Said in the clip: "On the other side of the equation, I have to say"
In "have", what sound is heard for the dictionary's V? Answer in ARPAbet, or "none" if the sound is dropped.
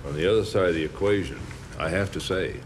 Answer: F